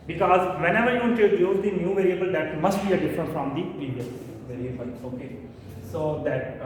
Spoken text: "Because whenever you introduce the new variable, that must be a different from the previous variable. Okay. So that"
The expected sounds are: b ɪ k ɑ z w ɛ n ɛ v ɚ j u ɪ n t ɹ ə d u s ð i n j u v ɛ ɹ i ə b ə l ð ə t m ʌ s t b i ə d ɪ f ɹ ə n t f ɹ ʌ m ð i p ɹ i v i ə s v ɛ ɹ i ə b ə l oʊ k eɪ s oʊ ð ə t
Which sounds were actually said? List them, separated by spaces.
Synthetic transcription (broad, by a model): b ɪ k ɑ z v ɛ n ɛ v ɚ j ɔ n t ə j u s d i n j u v ɛ ɹ i ə b ə l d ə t m ʌ s t b i ə d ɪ f ɹ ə n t f ɹ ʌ m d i p ɹ i v i ə s v ɛ ɹ i ə b ə l oʊ k eɪ s oʊ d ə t